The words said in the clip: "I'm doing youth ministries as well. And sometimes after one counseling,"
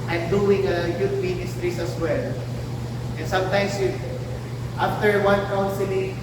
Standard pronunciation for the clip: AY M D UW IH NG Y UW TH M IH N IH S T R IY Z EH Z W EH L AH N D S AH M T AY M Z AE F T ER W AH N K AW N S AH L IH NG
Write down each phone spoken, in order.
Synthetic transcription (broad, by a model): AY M D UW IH NG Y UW T M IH N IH S T R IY S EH S W EH L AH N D S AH M T AY M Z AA F T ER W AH N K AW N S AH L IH